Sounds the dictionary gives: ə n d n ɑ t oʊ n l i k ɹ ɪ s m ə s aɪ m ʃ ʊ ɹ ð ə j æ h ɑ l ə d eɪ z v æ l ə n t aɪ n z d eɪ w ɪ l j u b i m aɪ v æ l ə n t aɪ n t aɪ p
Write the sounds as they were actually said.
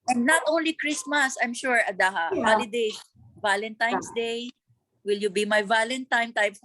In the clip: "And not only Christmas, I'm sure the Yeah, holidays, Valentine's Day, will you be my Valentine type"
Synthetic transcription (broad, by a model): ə n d n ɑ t oʊ n l i k ɹ ɪ s m ə s aɪ m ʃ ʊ ɹ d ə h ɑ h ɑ l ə d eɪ s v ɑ l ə n t aɪ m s d eɪ w ɪ l j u b i m aɪ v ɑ l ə n t aɪ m t aɪ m